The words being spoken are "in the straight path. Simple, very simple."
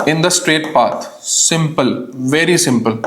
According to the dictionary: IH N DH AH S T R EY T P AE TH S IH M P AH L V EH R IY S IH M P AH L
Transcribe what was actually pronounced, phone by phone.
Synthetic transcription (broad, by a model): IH N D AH S T R EY T P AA T S IH M P AH L V EH R IY S IH M P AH L